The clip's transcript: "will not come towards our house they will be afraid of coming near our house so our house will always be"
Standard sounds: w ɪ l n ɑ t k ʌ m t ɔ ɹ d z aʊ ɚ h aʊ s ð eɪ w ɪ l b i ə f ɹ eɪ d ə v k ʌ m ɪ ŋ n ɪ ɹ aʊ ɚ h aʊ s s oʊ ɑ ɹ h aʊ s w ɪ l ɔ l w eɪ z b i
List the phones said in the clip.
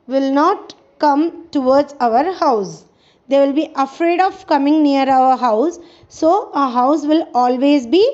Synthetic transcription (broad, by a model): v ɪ l n ɑ t k ʌ m t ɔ ɹ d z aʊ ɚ h aʊ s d eɪ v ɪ l b i ə f ɹ eɪ d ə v k ʌ m ɪ ŋ n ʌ ɹ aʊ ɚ h aʊ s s oʊ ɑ h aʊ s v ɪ l ɔ l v eɪ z b i